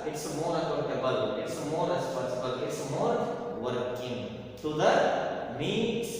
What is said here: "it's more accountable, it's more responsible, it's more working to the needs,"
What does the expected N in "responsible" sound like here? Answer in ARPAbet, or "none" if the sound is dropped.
none